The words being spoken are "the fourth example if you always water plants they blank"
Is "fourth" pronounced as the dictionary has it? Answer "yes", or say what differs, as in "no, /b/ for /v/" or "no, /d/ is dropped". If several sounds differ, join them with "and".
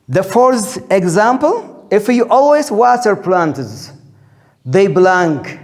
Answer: no, /s/ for /θ/